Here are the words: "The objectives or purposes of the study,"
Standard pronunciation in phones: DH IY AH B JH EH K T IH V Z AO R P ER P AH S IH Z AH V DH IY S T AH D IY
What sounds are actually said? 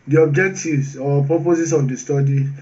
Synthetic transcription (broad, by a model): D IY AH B JH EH K T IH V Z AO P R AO P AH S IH S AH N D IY S T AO D IY